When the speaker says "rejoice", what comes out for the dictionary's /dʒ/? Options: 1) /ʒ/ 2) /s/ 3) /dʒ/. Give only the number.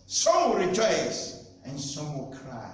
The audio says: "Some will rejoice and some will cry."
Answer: 3